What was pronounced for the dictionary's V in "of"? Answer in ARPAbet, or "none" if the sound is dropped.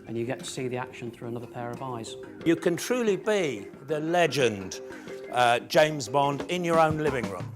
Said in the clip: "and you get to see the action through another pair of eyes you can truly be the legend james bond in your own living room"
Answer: V